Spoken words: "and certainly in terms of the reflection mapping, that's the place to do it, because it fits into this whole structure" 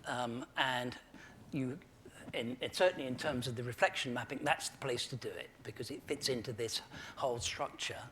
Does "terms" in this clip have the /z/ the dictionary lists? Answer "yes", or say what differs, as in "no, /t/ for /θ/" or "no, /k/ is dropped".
yes